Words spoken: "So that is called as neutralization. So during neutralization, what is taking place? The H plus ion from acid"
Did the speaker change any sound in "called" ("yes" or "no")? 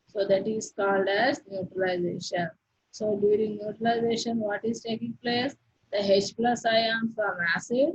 no